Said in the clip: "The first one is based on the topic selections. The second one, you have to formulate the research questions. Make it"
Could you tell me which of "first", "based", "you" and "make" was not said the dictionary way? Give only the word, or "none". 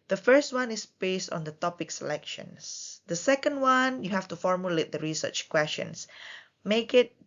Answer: none